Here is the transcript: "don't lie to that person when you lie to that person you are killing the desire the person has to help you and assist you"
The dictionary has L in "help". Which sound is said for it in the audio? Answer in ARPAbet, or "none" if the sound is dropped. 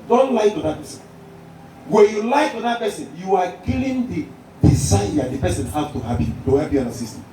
none